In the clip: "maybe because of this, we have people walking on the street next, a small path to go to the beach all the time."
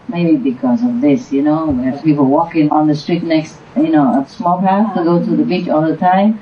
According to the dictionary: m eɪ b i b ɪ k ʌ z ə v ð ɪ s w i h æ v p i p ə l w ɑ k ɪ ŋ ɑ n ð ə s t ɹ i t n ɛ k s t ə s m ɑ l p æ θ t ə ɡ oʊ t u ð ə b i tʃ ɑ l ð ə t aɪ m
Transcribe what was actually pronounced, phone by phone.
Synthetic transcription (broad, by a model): m eɪ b i b ɪ k ʌ z ə v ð ɪ s w i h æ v p i p ə l w ɑ k ɪ ŋ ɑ n ð ə s t ɹ i t n ɛ k s t ə s m ɑ l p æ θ t ə ɡ oʊ t u ð ə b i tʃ ɑ l ð ə t aɪ m